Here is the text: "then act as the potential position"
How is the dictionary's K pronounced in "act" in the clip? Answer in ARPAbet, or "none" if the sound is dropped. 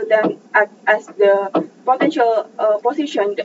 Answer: none